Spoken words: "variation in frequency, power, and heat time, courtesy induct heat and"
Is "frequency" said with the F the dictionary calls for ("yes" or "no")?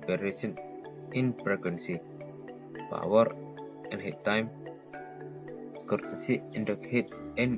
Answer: no